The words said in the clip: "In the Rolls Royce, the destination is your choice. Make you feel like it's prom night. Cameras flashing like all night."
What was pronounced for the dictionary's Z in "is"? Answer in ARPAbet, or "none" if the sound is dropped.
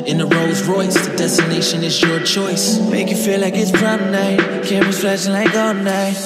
Z